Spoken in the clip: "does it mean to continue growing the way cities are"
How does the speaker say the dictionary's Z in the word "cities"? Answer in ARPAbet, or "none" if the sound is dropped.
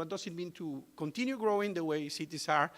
S